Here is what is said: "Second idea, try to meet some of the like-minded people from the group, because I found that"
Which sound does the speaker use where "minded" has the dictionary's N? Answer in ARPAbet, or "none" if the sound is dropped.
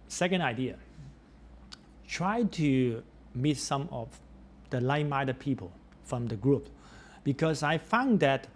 none